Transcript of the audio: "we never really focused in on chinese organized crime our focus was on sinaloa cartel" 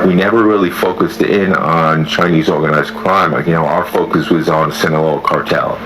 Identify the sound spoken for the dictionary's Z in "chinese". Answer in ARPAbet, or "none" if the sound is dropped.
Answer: Z